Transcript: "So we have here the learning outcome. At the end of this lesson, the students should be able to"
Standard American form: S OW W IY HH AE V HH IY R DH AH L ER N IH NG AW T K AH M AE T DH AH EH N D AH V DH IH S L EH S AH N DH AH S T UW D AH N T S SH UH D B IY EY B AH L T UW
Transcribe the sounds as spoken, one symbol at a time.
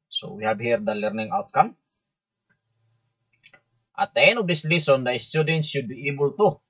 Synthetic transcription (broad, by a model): S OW W IY HH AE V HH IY R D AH L ER N IH NG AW T K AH M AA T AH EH N AH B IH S L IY S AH N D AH S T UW D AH N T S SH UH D B IY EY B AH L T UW